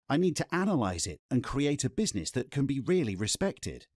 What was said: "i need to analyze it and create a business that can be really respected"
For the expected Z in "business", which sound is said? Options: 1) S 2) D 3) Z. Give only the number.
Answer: 3